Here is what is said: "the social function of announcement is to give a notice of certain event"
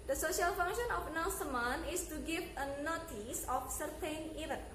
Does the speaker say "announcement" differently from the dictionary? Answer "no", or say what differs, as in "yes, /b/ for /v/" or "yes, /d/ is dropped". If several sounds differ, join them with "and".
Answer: yes, /n/ is dropped and /t/ is dropped